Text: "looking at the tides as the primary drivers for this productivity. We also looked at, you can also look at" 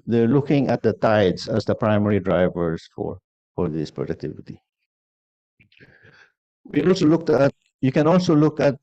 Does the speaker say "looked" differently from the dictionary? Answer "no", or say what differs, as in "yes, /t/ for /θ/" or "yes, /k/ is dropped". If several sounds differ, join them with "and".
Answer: no